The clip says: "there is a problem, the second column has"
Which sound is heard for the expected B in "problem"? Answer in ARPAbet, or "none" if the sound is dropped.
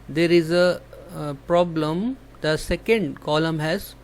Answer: B